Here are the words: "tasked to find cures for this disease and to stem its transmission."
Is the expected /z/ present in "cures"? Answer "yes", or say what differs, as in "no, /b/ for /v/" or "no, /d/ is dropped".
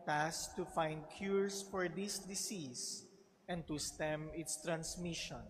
no, /s/ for /z/